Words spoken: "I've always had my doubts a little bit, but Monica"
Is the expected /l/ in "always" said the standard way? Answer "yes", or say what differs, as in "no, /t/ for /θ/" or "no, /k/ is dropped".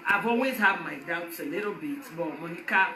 no, /l/ is dropped